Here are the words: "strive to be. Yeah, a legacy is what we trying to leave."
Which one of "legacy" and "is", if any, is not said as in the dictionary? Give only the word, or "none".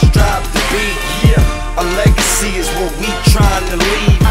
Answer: none